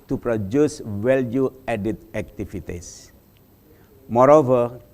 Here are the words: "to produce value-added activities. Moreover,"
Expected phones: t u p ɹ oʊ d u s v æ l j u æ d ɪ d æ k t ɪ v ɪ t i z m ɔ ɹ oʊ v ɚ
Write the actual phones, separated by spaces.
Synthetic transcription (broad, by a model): t u p ɹ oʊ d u s w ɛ l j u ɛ d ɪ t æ k t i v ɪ t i s m ɔ ɹ oʊ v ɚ